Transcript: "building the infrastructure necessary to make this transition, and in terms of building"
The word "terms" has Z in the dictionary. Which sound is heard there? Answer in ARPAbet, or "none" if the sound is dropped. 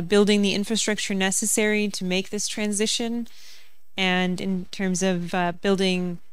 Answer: Z